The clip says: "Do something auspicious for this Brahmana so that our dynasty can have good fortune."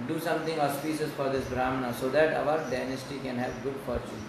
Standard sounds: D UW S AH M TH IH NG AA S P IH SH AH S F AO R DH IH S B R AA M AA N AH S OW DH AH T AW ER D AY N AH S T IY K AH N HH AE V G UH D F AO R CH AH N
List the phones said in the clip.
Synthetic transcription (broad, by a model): D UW S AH M T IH NG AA S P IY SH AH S F AO R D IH S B R AA M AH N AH S OW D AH T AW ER D AY N AH S T IY K AH N HH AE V G UH D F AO R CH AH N